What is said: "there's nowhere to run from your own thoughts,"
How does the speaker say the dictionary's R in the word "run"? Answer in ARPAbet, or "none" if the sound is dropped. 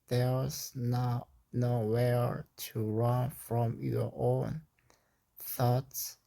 R